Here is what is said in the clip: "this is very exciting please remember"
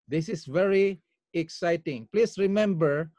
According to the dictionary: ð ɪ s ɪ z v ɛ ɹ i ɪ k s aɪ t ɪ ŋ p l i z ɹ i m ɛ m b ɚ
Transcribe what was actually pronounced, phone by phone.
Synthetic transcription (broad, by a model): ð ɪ s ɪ s v ɛ ɹ i ɪ k s aɪ t ɪ ŋ p l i s ɹ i m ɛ m b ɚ